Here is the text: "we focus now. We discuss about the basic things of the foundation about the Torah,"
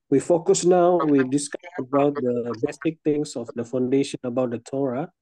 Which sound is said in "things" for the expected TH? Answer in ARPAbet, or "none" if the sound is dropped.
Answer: T